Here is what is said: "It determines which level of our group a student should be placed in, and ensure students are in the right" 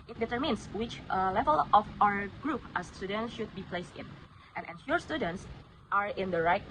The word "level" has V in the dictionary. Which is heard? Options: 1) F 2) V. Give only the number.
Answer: 2